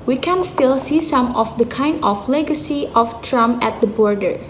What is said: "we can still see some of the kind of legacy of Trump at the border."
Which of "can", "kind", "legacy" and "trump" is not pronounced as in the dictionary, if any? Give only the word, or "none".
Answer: trump